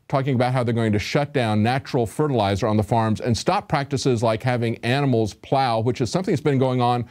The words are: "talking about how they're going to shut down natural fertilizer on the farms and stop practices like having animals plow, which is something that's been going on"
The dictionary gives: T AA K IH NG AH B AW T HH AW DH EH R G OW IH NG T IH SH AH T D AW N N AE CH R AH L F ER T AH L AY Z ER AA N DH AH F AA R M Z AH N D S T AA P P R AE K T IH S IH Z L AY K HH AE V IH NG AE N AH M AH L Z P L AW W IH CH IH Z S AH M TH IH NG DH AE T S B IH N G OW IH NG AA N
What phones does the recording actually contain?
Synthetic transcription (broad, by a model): T AA K IH NG AH B AW T HH AW DH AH R G OW IH NG T IH SH AH T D AW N N AE CH R L F ER T AH L AY Z ER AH N DH AH F AA R M Z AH N S T AA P P R AE K T IH S IH Z L AY K HH AE V IH NG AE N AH M L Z P L AW W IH CH IH Z S AH M TH IH NG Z B IH N G OW IH NG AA N